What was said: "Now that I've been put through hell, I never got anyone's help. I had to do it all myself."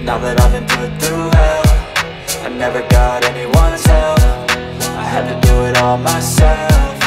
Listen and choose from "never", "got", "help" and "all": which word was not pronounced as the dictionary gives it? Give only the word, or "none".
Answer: help